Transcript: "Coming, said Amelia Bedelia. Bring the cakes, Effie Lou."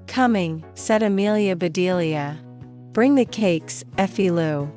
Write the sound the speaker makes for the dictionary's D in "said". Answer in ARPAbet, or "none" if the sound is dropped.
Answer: D